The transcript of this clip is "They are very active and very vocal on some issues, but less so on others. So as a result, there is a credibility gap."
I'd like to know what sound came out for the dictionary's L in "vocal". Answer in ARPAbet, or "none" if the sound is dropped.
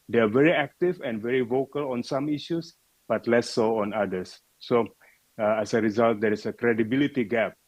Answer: L